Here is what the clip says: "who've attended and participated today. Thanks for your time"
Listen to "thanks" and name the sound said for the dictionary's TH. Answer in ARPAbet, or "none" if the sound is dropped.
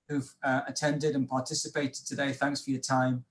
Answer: TH